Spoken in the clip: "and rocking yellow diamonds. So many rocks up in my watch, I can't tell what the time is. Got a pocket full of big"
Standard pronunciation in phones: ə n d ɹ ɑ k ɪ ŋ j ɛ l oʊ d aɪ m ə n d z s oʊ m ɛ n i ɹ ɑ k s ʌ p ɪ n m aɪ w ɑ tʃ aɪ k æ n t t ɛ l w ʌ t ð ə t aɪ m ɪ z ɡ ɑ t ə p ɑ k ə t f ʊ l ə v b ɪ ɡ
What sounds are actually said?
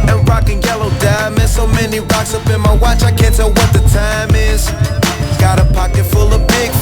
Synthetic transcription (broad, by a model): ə n ɹ ɑ k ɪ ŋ j ɛ l oʊ d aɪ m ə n s oʊ m ɛ n i ɹ ɑ k s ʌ b ɪ n m aɪ w ɑ tʃ aɪ k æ n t t ɛ l w ʌ t ð ə t aɪ m ɪ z ɡ ɑ t ə p ɑ k ə t f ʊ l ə b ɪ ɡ